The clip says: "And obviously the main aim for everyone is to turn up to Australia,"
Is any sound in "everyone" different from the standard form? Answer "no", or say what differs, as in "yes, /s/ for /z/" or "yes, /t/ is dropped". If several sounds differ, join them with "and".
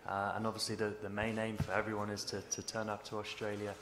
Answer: no